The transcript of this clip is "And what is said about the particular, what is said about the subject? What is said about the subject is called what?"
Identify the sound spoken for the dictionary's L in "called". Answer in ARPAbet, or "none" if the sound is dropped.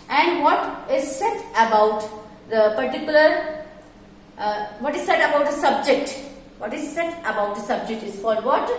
none